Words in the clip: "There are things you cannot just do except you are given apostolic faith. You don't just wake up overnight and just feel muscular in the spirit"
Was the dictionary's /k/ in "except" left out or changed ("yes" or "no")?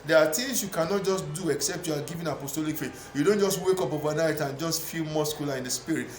no